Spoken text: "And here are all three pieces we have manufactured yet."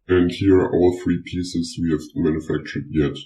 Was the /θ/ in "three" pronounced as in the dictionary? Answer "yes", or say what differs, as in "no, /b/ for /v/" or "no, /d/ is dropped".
yes